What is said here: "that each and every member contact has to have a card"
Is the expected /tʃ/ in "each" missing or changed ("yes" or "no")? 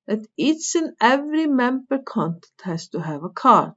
yes